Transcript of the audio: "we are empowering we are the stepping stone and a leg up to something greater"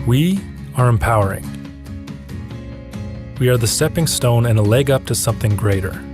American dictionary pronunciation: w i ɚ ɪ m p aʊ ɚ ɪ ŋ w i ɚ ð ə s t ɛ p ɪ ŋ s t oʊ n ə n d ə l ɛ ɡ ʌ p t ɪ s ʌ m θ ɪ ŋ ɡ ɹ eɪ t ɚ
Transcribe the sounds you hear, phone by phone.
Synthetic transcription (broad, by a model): w i ɚ ɪ m p aʊ ɚ ɪ ŋ w i ɚ ð ə s t ɛ p ɪ ŋ s t oʊ n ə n ə l ɛ ɡ ʌ p t ɪ s ʌ m θ ɪ ŋ ɡ ɹ eɪ t ɚ